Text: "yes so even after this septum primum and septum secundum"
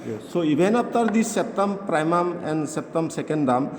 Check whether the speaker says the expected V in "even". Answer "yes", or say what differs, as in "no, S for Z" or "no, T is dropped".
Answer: no, B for V